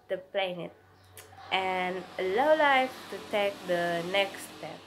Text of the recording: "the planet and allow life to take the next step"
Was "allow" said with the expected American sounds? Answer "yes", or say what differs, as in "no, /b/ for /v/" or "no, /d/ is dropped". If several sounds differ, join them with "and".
no, /l/ is dropped